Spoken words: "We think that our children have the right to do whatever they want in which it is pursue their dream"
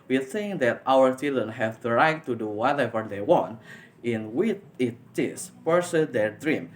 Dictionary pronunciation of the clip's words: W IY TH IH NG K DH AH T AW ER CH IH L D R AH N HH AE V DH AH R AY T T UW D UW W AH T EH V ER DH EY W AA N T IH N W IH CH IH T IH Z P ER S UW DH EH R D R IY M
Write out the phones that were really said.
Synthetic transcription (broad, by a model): W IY TH IH NG K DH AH T AW ER CH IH L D R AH N HH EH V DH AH R AY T T UW D UW W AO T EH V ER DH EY W AA N T IH N W IH CH IH T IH S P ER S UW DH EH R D R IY M